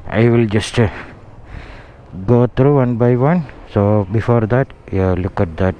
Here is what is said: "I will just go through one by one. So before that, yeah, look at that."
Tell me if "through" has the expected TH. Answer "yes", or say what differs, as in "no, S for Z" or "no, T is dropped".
no, T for TH